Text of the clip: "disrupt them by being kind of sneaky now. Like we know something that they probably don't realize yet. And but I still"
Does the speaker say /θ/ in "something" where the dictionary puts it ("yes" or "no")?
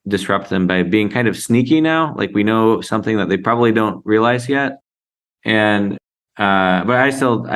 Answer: yes